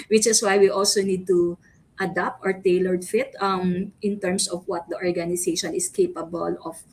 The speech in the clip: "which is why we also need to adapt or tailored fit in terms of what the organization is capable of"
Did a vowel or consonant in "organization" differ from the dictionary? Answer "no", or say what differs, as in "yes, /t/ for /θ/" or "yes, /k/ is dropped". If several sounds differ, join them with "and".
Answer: yes, /s/ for /z/